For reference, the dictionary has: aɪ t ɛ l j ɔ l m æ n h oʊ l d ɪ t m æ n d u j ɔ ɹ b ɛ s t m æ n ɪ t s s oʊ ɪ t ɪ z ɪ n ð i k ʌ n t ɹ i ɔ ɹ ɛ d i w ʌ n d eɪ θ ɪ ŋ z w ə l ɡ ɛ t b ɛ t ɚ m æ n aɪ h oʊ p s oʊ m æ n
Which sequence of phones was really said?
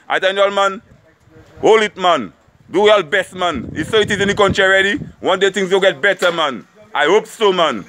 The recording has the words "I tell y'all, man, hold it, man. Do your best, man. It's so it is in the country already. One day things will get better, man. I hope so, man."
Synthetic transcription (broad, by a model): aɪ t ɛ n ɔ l m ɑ n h oʊ l ɪ t m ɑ n d u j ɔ l b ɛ s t m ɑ n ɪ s s oʊ ɪ t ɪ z ɪ n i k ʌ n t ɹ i ɹ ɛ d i w ʌ n d eɪ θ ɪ ŋ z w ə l ɡ ɛ t b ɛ t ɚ m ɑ n aɪ h oʊ p s oʊ m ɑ n